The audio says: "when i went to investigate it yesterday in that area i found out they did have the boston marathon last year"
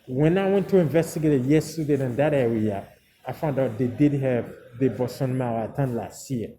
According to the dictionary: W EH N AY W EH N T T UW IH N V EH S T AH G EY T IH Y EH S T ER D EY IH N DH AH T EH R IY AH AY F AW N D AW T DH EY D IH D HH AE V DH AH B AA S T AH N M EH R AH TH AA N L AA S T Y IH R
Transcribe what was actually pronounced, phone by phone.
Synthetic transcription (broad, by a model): W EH N AY W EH N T T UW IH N V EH S T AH G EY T IH Y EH S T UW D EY IH N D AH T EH W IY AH AY F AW N D AW T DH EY D IH D HH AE V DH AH B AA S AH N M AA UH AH T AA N L AA S T Y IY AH